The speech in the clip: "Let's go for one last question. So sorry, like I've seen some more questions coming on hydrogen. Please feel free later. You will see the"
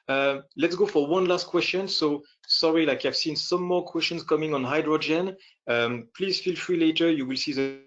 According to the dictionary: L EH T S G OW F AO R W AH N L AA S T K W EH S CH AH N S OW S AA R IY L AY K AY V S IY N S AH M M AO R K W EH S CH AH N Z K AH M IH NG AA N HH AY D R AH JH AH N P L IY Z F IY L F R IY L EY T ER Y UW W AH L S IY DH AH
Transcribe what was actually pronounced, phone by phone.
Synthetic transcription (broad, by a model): L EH T S G OW F AO R W AH N L AA S T K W EH S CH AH N S OW S AA R IY L AY K AY V S IY N S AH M M AO R K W EH S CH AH N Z K AH M IH NG AA N HH AY D R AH JH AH N P L IY Z F IY L F R IY L EY T ER Y UW W AH L S IY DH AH